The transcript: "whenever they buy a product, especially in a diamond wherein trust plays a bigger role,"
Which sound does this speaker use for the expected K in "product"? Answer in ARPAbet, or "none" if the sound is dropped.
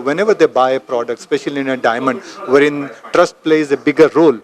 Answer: K